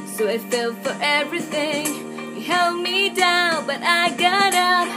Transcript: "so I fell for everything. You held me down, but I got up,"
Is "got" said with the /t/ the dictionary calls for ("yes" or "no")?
yes